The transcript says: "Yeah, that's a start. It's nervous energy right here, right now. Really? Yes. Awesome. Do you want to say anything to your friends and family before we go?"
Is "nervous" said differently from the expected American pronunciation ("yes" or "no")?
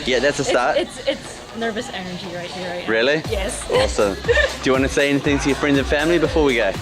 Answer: no